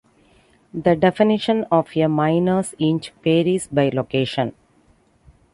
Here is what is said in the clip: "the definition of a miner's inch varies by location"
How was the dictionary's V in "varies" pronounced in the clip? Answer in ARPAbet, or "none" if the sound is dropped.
P